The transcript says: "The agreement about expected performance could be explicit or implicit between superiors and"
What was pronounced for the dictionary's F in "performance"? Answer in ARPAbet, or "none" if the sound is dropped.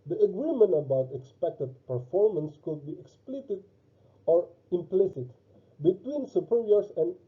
F